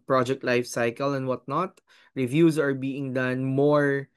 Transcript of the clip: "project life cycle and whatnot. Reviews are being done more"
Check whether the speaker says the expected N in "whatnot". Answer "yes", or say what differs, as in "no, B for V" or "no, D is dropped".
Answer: yes